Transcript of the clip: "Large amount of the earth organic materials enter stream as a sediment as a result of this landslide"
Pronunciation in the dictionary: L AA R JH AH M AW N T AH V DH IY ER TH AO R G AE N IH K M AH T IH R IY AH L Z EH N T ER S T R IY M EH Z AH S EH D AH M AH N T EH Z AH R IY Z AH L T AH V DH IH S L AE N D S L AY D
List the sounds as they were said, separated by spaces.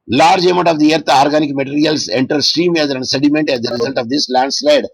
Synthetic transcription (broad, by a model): L AA R JH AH M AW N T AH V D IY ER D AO R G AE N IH K M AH T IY R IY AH L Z EH N T ER S T R IY M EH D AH S EH D AH M AH N T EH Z AH R IY Z AH L T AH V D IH S L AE N D S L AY D